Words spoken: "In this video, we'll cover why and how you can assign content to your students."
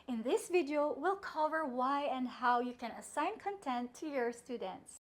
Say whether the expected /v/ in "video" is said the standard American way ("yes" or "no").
yes